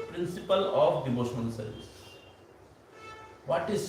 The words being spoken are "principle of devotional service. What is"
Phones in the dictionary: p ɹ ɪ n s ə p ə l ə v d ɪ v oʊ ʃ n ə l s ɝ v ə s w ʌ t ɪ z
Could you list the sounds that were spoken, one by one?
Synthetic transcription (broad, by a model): p ɹ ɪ n s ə p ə l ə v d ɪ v oʊ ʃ ə n s ɝ v ə s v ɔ t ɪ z